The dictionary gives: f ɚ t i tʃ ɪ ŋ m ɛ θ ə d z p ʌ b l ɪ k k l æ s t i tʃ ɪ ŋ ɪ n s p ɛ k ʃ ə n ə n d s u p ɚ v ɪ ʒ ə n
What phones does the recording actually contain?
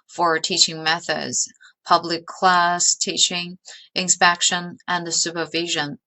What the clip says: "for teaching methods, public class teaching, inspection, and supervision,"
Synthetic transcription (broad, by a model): f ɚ t i tʃ ɪ ŋ m ɛ θ ə d z p ʌ b l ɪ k k l æ s t i tʃ ɪ ŋ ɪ n s p ɛ k ʃ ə n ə n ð s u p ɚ v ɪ ʒ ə n